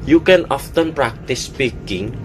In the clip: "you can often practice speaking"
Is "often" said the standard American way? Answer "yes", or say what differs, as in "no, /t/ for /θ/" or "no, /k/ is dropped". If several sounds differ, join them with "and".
yes